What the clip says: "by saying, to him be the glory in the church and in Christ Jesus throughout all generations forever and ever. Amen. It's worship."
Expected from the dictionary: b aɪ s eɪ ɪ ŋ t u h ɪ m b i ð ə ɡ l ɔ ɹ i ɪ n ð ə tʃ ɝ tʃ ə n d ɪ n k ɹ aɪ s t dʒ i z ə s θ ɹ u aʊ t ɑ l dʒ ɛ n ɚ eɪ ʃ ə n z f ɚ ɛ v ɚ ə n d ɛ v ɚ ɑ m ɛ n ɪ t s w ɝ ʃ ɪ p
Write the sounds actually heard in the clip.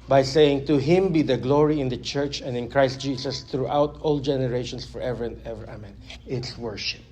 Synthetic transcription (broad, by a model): b aɪ s eɪ ɪ ŋ t u h ɪ m b i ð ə ɡ l ɔ ɹ i ɪ n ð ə tʃ ɝ tʃ ə n d ɪ n k ɹ aɪ s t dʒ i s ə s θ ɹ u aʊ t ɑ l dʒ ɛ n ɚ eɪ ʃ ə n s f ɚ ɛ v ɚ ə n d ɛ v ɚ ɑ m ɛ n ɪ t s w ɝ ʃ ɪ p